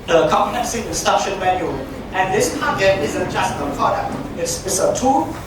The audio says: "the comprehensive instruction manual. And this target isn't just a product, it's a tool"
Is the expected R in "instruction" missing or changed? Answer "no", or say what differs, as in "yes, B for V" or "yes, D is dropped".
yes, R is dropped